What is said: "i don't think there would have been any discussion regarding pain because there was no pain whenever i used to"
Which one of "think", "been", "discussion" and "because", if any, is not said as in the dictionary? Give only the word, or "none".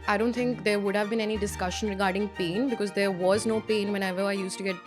think